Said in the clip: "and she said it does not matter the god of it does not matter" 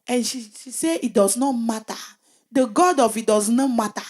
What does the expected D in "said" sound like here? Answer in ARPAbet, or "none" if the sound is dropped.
none